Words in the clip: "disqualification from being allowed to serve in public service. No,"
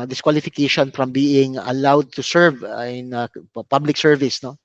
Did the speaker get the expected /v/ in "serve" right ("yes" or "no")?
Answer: yes